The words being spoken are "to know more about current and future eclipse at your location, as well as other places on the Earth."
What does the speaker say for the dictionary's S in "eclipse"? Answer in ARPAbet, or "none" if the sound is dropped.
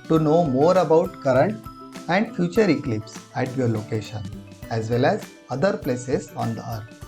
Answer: S